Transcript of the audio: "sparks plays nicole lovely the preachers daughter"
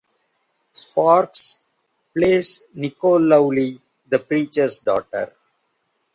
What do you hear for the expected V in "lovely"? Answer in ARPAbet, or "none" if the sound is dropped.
none